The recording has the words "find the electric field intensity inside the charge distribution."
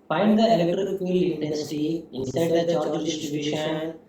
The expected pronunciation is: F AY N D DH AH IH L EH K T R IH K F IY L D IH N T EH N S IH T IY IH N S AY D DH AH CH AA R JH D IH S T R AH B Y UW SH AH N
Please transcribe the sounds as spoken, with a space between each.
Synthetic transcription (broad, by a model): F AY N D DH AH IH L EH K T R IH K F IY L IH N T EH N S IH T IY IH N S AY D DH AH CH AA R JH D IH S T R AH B Y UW SH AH N